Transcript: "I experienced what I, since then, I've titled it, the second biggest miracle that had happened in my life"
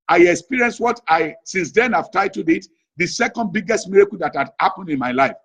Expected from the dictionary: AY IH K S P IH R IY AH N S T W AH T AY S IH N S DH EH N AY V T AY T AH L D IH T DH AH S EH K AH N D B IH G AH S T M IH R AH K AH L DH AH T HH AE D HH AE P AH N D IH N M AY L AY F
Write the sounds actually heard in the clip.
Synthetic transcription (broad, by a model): AY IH K S P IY R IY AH N S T W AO T AY S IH N S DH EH N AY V T AY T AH D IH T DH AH S EH K AH N D B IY G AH S T M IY R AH K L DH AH T HH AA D HH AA P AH N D IH N M AY L AY F